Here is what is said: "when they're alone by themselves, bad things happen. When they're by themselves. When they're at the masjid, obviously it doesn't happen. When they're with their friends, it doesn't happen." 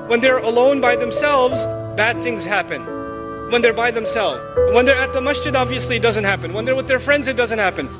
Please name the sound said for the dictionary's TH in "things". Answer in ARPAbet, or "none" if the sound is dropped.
TH